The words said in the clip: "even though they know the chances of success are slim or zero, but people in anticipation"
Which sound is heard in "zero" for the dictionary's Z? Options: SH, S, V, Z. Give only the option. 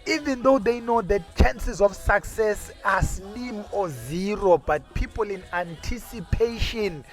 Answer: Z